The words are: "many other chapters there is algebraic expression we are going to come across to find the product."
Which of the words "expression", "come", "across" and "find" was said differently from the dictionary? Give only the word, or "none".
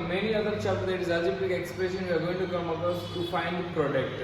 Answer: across